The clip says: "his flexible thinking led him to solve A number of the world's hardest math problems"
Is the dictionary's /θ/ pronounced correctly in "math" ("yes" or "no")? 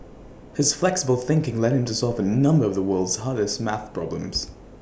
yes